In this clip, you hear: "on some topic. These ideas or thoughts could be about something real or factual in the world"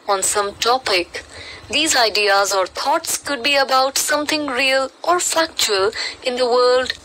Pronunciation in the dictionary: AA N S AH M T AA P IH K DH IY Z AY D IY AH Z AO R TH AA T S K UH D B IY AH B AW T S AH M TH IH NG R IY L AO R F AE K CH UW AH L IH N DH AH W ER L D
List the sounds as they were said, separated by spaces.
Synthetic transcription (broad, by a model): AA N S AH M T AA P IH K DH IY Z AY D IY AH Z AO R T AA T S K UH D B IY AH B AW T S AH M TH IH NG R IY L AO R F AE K CH UW AH L IH N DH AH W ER L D